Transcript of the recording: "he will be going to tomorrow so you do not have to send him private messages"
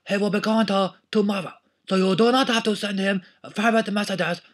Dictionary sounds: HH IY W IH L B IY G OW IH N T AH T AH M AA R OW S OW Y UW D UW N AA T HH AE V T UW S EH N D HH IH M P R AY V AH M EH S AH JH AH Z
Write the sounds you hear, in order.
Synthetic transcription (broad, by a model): HH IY W IH L B IY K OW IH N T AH T AH M AA R OW S OW Y UW D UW N AA T HH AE F T UW S EH N D HH IH M F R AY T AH M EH S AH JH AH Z